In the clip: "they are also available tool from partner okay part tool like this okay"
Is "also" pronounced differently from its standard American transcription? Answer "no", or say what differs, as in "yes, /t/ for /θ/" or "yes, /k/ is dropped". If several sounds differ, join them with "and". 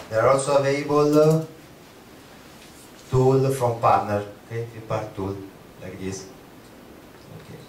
yes, /n/ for /l/